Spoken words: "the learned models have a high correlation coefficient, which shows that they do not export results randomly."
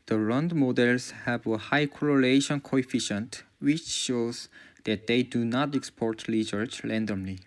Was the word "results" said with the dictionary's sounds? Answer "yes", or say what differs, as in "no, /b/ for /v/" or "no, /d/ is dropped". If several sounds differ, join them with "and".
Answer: no, /l/ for /ɹ/